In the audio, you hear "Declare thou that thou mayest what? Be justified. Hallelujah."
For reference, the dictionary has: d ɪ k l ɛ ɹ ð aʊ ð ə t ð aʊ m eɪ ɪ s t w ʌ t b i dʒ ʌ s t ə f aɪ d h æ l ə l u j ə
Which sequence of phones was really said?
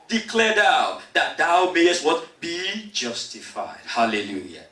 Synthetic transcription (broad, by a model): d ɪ k l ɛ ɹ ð aʊ ð ə t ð aʊ m eɪ ɪ s t w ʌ t b i dʒ ʌ s t ə f aɪ d h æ l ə l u j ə